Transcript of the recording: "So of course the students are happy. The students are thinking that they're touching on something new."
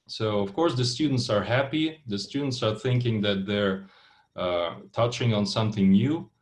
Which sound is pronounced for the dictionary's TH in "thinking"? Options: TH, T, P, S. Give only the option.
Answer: TH